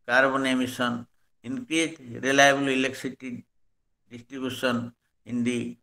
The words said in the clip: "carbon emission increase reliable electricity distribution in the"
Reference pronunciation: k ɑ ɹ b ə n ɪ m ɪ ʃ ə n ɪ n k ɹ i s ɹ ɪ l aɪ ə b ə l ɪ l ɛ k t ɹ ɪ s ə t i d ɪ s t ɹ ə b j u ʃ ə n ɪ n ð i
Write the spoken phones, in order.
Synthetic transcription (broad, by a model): k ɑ ɹ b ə n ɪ m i s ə n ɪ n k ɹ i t ɹ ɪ l aɪ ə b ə l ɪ l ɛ k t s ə t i d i s t ɹ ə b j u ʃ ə n ɪ n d i